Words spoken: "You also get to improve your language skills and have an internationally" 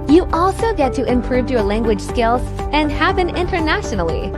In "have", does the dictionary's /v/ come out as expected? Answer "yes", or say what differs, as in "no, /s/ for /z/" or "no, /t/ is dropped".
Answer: no, /p/ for /v/